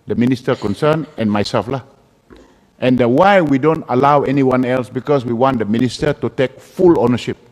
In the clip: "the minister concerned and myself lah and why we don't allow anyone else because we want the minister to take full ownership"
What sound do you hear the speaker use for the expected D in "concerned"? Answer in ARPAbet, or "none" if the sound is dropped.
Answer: none